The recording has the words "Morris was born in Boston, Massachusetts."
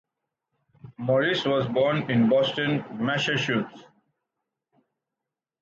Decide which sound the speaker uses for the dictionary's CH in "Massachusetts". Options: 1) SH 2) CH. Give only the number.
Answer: 1